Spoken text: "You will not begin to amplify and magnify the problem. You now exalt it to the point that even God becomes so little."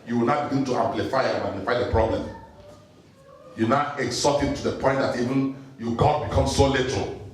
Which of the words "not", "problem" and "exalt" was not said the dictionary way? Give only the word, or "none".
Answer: exalt